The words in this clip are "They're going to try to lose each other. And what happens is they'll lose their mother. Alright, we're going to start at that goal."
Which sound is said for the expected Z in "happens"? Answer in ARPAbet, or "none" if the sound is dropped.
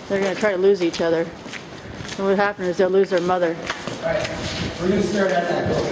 none